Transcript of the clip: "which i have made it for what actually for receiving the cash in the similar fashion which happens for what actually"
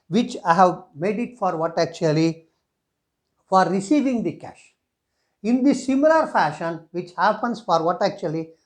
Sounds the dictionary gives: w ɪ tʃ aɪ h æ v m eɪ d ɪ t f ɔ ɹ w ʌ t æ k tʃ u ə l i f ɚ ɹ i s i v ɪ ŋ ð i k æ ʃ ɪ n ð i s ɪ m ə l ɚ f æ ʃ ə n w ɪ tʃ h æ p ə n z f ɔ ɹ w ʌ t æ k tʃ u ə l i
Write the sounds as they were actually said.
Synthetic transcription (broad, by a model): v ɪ tʃ aɪ h æ v m eɪ d ɪ t f ɔ ɹ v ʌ t æ k tʃ u ə l i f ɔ ɹ i s i v ɪ ŋ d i k æ ʃ ɪ n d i s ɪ m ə l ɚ f æ ʃ ə n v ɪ tʃ h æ p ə n s f ɔ ɹ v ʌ t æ k tʃ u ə l i